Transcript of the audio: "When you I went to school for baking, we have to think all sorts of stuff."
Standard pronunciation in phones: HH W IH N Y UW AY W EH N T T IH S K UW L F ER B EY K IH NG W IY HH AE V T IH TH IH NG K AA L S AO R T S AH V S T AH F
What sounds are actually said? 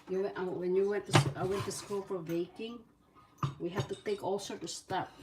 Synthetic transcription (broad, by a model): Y W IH N Y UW W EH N T T IH S K UW L F ER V EY K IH NG W IY HH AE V T IH TH IH NG K AA L S AO R T S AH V S T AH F